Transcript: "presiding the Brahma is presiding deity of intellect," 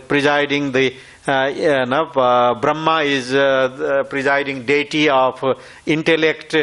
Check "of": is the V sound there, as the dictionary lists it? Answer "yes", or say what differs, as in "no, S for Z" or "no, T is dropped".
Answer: no, P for V